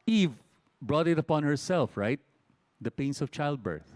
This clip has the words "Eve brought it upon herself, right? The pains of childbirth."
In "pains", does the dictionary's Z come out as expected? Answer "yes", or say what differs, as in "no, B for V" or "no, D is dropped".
no, S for Z